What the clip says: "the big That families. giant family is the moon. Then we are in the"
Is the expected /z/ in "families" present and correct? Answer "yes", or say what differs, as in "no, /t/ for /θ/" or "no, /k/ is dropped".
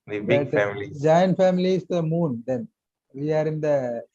no, /z/ is dropped